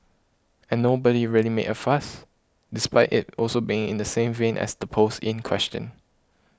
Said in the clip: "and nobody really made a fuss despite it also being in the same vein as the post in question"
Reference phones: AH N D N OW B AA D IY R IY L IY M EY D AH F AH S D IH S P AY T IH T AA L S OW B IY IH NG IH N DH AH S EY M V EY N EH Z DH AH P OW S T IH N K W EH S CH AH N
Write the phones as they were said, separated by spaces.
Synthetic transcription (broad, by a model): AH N N OW B AA D IY R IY L IY M EY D AH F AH S D IH S P AY T IH T AA L S OW B IY IH NG IH N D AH S EY M V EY N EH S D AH P OW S IH N K W EH S CH AH N